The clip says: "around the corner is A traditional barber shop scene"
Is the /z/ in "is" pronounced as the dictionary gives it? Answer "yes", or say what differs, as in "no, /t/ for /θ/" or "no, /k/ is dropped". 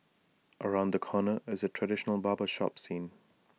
yes